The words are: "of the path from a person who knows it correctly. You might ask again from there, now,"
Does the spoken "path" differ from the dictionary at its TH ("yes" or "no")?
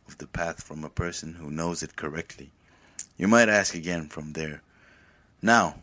no